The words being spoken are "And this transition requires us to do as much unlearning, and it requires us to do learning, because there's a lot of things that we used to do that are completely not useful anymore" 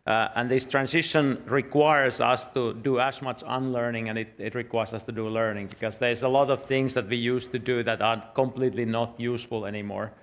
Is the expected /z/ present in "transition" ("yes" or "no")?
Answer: no